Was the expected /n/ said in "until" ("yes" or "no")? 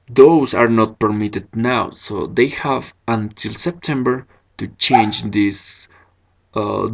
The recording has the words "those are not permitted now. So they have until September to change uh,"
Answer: yes